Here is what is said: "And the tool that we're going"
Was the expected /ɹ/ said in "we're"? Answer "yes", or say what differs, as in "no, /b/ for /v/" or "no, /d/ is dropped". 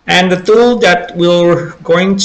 no, /l/ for /ɹ/